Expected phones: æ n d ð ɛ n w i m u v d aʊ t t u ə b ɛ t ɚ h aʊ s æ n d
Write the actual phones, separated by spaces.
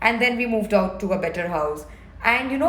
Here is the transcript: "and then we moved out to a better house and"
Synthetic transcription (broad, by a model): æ n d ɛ n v i m u v d aʊ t t u ə b ɛ t ɚ h aʊ s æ n d